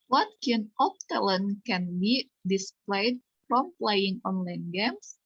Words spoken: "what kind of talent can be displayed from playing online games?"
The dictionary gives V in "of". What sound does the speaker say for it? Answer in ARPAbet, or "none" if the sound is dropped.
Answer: P